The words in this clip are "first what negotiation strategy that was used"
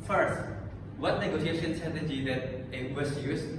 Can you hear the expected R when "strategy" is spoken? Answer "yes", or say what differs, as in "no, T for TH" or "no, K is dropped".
no, R is dropped